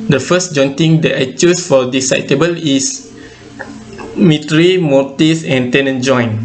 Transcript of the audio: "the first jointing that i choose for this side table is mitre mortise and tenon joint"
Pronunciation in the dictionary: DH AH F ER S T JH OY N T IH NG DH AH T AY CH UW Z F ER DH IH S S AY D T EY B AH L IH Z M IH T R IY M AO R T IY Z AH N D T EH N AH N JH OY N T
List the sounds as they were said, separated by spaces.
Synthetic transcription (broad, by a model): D AH F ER S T JH OY N T IH NG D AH T AY CH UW S F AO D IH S S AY T EY B AH L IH S M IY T R IY M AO T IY S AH N T EH N AH N JH OY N